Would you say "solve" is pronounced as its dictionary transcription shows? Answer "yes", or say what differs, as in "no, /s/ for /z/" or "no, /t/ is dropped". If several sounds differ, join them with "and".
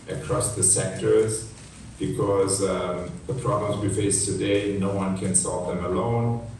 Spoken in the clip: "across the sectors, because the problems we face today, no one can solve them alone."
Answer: yes